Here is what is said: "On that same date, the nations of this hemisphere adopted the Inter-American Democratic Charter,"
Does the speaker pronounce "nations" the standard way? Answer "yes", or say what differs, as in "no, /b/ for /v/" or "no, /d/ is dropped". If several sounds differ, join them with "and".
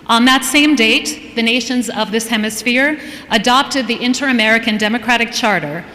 yes